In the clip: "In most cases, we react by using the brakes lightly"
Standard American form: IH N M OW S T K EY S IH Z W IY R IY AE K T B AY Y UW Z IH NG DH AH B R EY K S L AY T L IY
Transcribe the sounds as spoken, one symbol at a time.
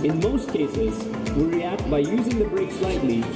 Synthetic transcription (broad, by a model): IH N M OW S T K EY S IH Z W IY R IY AE K T B AY Y UW Z IH NG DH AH B R EY K S L AY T L IY